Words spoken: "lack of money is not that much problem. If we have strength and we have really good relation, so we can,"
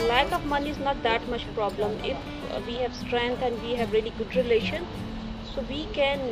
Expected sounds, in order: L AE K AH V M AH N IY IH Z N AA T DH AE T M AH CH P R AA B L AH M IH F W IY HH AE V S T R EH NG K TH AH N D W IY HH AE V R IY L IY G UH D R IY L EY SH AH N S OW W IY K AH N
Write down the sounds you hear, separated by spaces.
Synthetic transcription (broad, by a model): L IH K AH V M AH N IY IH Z N AA T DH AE T M AH CH P R AA B L AH M IH F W IY HH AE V S T R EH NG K T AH N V IY HH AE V R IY L IY G UH D R IY L EY SH AH N S OW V IY K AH N